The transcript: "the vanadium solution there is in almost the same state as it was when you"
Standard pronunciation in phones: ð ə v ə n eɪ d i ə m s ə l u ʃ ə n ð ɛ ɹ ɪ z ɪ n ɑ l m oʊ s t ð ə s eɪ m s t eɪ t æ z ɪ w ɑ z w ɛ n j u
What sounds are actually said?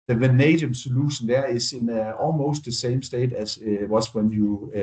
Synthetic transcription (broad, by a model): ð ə v ə n eɪ d i ə m s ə l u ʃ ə n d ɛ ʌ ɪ s ɪ n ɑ l m oʊ s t ð ə s eɪ m s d eɪ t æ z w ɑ s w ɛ n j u